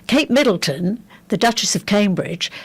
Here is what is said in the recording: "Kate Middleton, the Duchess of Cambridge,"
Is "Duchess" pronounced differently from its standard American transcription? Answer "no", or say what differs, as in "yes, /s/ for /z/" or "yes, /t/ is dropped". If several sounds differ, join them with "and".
no